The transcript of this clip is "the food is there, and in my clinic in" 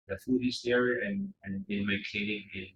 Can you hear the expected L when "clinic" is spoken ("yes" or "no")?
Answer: no